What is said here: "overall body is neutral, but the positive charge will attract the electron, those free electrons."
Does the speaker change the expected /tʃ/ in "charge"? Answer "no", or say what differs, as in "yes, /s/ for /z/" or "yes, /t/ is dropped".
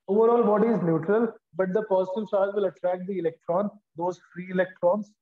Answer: yes, /s/ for /tʃ/